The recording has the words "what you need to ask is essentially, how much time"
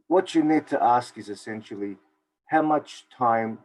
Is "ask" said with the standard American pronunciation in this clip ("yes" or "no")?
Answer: yes